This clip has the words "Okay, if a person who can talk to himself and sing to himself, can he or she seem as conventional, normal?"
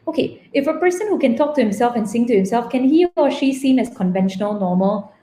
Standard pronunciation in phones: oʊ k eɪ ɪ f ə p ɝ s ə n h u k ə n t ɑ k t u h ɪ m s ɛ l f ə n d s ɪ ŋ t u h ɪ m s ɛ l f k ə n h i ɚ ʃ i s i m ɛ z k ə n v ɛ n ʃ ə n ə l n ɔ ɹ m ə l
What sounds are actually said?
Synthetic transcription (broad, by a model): oʊ k eɪ ɪ f ə p ɝ s ə n h u k ə n t ɑ k t u h ɪ m s ɛ l f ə n s ɪ ŋ t u h ɪ m s ɛ l f k ə n h i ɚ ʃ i s i m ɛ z k ə n v ɛ n ʃ ə n ə l n ɔ m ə l